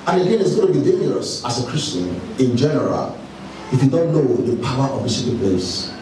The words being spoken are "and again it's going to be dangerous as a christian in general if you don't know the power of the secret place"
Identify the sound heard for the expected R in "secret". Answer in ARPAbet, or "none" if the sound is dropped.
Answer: none